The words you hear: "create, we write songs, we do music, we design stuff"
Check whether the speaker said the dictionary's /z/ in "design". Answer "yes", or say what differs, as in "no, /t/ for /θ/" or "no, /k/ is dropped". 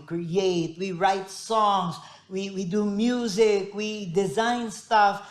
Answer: yes